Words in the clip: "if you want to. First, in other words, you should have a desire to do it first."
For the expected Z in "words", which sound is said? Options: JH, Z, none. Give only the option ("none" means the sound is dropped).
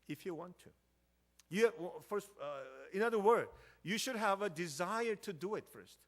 none